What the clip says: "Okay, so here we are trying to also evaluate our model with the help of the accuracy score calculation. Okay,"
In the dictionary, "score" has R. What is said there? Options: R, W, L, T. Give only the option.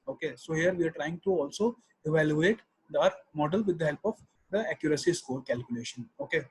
R